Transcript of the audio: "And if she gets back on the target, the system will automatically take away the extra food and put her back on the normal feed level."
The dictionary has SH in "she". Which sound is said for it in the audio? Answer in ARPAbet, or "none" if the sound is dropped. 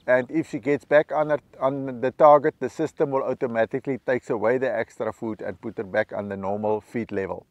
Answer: S